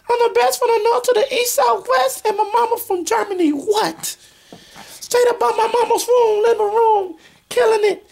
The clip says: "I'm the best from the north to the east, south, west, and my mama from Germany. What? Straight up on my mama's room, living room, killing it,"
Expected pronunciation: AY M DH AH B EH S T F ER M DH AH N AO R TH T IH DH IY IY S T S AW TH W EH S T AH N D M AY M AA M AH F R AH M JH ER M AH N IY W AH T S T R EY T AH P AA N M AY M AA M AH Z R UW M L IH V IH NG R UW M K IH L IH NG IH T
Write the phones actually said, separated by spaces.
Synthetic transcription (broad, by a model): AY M DH AH B EH S T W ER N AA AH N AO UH T IH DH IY IY S T S AW TH W EH S T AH N M AY M AA M AH F R AH M JH ER M AH N IY W AH T S T EY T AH B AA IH M AY M AA M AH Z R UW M L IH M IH R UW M K IH L IH NG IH T